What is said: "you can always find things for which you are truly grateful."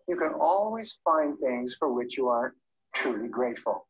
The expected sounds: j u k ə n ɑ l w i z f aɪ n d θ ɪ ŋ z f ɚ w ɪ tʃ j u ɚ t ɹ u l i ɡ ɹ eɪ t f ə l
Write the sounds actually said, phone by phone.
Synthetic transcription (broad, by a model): j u k ə n ɑ l w i z f aɪ n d θ ɪ ŋ z f ɚ w ɪ tʃ j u ɚ t ɹ u l i ɡ ɹ eɪ t f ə l